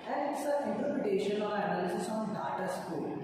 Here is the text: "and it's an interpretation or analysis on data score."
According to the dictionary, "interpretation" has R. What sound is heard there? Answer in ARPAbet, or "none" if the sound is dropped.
none